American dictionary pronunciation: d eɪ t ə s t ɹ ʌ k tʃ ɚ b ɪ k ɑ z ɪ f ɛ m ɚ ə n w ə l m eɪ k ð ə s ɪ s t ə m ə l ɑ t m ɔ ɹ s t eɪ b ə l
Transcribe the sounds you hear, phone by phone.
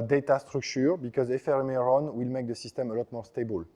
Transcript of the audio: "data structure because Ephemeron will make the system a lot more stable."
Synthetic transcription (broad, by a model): d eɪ t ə s t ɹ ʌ k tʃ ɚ b ɪ k ɑ z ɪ f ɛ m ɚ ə n w ə l m eɪ k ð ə s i s t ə m ə l ɑ t m ɔ ɹ s t eɪ b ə l